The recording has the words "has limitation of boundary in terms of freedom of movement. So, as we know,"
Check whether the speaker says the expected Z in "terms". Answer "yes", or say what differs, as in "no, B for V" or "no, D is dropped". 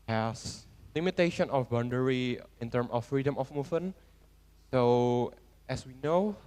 no, Z is dropped